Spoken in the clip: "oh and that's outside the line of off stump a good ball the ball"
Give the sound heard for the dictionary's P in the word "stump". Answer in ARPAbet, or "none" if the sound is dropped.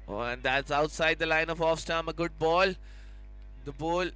none